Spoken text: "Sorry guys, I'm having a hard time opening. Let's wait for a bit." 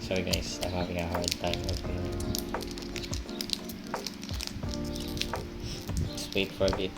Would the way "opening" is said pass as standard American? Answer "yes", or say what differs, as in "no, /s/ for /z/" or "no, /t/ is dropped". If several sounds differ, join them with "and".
no, /n/ is dropped